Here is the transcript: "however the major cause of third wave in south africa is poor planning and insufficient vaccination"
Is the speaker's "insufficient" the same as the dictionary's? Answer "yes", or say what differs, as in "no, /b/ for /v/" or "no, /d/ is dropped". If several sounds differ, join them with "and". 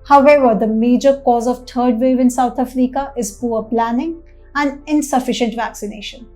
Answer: yes